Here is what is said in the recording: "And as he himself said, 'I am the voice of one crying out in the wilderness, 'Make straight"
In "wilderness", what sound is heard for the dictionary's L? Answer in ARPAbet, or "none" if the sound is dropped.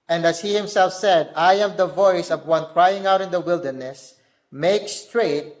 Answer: L